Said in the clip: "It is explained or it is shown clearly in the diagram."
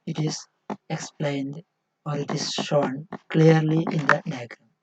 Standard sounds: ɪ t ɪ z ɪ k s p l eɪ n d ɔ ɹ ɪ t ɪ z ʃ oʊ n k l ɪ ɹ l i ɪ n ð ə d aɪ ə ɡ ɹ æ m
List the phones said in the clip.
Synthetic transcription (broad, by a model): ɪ t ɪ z ɪ k s p l eɪ n d ɔ ɹ ɪ t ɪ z ʃ oʊ n k l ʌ ɹ l i ɪ n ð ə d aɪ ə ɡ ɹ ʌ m